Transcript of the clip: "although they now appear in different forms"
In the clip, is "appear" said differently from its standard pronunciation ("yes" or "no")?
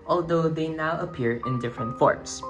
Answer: no